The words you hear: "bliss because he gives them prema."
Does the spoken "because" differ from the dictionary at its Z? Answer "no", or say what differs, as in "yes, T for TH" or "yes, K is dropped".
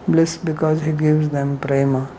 no